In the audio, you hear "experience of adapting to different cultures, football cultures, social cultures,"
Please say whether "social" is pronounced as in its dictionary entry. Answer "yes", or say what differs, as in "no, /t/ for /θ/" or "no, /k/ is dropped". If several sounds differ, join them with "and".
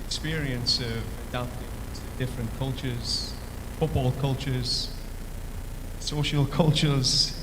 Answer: yes